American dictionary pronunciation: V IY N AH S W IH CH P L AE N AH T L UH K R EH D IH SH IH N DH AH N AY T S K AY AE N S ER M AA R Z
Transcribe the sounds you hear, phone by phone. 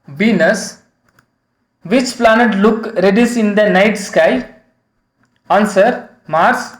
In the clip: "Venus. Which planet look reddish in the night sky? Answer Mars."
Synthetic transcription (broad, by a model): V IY N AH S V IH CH P L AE N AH T L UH K R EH D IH S IH N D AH N AY T S K AY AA N S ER M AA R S